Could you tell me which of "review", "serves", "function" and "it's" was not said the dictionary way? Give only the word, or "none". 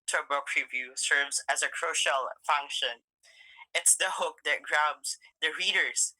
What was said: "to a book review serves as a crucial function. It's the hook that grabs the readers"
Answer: none